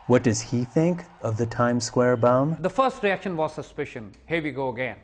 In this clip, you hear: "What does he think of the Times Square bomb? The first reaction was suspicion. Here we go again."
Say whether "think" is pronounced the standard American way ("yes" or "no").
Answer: yes